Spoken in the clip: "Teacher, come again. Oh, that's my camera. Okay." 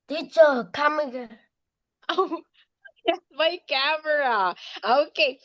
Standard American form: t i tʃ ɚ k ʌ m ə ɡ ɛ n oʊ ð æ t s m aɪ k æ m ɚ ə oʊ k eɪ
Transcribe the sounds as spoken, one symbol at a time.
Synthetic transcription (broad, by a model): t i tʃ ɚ k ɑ m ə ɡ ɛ oʊ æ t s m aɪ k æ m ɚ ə oʊ k eɪ